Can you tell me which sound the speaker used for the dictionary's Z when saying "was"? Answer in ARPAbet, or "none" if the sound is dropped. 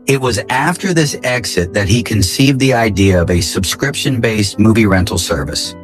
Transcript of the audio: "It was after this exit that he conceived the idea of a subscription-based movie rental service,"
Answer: Z